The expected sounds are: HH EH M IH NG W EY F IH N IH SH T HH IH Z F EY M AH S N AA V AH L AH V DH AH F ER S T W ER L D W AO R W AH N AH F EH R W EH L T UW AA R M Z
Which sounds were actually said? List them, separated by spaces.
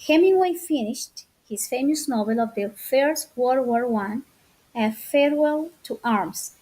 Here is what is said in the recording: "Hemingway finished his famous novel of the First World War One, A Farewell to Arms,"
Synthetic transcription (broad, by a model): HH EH M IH W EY F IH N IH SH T HH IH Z F EY M AH S N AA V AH L AH V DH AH F ER S T W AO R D W AO R W AH N AH F EH R W EH L T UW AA R M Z